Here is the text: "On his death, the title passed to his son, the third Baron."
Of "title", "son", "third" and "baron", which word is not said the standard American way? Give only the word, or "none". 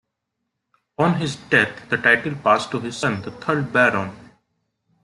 third